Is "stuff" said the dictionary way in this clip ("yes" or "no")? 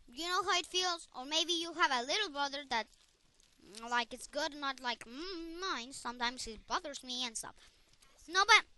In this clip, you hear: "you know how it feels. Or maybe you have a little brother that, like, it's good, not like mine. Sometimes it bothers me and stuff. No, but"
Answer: no